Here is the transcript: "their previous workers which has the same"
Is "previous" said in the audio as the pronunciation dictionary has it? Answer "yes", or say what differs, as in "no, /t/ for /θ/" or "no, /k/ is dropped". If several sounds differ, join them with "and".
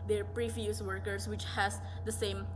no, /f/ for /v/